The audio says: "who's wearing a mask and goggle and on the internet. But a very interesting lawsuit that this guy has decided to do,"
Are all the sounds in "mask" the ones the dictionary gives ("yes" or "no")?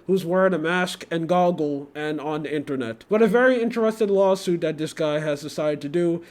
yes